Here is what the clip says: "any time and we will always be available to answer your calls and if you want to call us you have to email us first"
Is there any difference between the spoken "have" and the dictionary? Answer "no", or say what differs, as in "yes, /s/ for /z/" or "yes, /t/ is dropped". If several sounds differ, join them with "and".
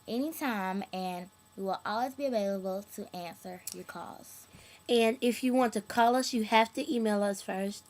yes, /f/ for /v/